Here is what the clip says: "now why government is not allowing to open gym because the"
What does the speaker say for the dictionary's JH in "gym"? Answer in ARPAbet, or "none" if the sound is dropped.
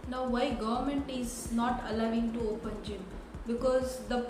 JH